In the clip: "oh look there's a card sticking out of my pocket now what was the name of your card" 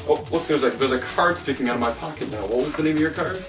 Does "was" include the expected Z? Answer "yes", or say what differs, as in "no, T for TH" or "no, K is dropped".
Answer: yes